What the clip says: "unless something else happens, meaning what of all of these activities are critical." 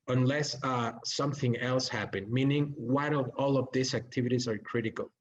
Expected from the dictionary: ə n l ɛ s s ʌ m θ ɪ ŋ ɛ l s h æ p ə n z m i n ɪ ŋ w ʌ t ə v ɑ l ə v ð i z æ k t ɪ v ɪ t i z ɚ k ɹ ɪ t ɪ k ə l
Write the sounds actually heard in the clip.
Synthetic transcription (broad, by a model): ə n l ɛ s s ʌ m θ ɪ ŋ ɛ l s h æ p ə n m i n ɪ ŋ w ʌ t ə v ɑ l ə v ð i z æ k t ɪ v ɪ t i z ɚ k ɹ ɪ t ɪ k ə l